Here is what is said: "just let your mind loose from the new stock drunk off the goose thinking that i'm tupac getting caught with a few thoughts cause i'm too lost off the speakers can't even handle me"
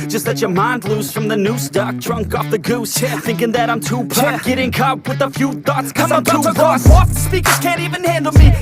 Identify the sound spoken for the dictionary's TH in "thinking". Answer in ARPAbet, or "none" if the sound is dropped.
TH